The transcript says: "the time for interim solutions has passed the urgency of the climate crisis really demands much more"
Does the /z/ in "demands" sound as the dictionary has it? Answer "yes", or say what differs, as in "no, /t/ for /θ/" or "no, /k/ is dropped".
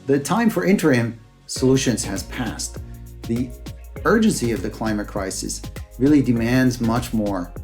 yes